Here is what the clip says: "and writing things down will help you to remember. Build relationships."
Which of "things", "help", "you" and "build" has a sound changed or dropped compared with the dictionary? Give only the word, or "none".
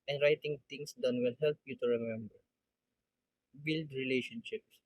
things